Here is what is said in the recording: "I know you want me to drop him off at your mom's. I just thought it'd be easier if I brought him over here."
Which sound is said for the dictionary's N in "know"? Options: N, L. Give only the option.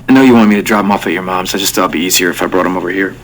N